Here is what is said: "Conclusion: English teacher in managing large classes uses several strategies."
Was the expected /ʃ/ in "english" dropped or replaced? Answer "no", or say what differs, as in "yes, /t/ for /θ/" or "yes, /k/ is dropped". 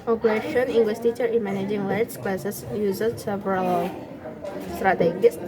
yes, /s/ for /ʃ/